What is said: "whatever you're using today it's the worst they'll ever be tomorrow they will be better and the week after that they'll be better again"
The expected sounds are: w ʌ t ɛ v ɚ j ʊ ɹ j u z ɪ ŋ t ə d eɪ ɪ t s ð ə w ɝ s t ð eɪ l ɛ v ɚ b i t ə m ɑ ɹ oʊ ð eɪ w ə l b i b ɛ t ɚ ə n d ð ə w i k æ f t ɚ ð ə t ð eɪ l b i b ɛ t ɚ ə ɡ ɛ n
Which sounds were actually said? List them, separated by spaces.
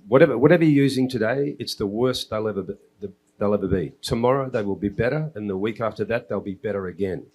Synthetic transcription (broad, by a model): w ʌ t ɛ v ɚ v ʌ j j u z ɪ ŋ t ə d eɪ ɪ t s ð ə w ɝ s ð ð eɪ l ɛ v ɚ b i t ə m ɑ ɹ oʊ ð eɪ w ə l b i b ɛ t ɚ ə n ð ə w i k æ f t ɚ ð ə t ð eɪ l b i b ɛ t ɚ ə ɡ ɛ n